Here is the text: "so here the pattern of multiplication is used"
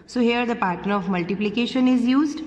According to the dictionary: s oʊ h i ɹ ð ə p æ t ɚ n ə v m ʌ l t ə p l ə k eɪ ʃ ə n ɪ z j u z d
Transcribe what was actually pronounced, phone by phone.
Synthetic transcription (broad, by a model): s oʊ h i ɹ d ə p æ t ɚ ə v m ʌ l t ə p l ə k eɪ ʃ ə n ɪ z j u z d